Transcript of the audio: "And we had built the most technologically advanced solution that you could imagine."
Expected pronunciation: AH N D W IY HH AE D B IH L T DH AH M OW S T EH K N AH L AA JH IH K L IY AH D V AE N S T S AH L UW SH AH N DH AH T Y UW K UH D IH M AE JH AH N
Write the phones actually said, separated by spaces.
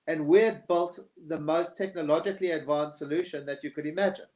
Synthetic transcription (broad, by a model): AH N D W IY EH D B IH L T DH AH M OW S T EH K N AH L AA JH IH K L IY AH D V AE N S S AH L UW SH AH N DH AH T Y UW K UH D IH M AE JH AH N